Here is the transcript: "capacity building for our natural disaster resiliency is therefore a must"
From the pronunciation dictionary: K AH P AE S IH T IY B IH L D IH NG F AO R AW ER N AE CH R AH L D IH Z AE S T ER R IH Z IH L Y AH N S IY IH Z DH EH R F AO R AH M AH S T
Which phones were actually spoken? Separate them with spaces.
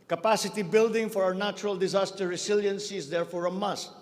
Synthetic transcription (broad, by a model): K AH P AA S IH T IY B IH L D IH NG F AO R AW ER N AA CH R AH L D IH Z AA S T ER R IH S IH L Y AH N S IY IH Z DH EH R F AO R AH M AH S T